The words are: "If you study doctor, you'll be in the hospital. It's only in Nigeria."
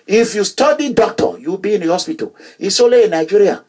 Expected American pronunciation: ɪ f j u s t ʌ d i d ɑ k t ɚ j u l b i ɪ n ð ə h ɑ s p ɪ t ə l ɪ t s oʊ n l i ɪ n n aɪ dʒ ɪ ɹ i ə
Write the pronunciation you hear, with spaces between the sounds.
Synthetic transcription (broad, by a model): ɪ f j u s t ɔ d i d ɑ k t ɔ j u b i ɪ n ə h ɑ s p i t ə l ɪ s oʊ l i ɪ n n aɪ dʒ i ɹ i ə